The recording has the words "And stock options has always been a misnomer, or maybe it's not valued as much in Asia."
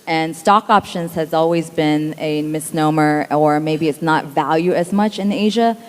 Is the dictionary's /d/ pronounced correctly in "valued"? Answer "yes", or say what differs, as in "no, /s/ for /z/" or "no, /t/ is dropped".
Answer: no, /d/ is dropped